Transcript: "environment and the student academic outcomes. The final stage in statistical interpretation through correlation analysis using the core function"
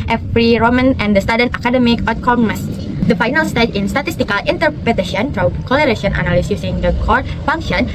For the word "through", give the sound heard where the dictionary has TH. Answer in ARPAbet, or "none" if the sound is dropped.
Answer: F